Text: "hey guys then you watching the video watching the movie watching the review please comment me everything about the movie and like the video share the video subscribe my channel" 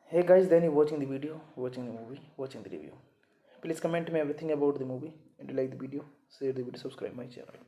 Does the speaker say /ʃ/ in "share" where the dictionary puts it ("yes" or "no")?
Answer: no